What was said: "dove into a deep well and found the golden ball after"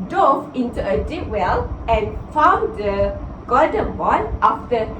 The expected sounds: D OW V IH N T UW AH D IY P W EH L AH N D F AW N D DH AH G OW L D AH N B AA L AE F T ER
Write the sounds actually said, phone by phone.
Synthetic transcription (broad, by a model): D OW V IH N T UW AH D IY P W EH L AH N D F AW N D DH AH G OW D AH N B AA N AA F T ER